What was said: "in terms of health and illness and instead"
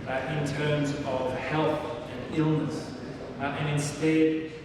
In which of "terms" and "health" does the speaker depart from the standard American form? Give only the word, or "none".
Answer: none